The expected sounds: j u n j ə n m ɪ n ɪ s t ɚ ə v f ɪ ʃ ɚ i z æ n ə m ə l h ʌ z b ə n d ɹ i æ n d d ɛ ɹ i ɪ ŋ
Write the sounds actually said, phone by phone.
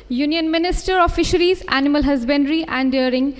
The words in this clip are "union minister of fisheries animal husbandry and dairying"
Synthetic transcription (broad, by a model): j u n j ə n m ɪ n ɪ s t ɚ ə f ɪ ʃ ɚ i z æ n ə m ə l h ʌ z b ə n d ɹ i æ n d d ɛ ɹ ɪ ŋ